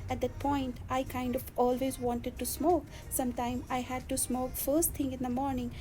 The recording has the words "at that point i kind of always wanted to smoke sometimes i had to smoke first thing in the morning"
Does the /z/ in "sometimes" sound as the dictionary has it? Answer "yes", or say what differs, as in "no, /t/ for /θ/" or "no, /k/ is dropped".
no, /z/ is dropped